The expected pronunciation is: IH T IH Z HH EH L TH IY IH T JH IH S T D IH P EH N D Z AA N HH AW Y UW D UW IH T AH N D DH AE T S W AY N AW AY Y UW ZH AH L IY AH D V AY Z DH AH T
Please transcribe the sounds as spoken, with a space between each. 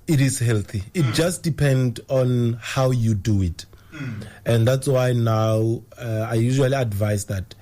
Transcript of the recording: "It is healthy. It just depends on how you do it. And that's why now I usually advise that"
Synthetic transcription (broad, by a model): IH T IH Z HH EH L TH IY IH T JH IH S T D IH P EH N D AA N HH AW Y UW D UW IH T AH N D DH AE T S W AY N AW AY Y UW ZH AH L IY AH D V AY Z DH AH T